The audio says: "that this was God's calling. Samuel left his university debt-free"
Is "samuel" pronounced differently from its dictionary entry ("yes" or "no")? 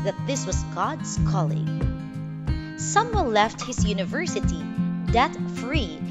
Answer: yes